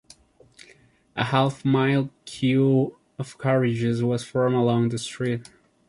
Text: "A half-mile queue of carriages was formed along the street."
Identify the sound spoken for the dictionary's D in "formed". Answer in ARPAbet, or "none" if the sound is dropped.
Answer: none